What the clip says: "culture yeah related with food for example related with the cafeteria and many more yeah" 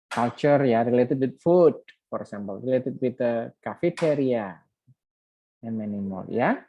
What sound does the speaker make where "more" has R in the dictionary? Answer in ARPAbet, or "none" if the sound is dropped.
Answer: L